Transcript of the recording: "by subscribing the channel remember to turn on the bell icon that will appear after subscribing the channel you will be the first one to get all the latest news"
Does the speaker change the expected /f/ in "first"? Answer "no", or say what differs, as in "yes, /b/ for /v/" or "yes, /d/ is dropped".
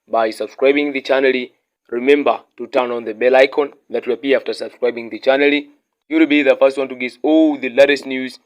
no